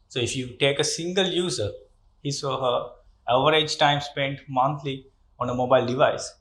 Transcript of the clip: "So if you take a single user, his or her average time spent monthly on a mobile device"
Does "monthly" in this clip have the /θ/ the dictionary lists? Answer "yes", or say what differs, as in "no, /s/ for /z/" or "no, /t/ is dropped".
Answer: no, /t/ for /θ/